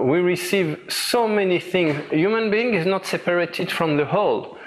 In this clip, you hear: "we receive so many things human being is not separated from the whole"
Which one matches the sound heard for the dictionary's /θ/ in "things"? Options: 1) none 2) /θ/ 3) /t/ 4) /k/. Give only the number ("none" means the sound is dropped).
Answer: 2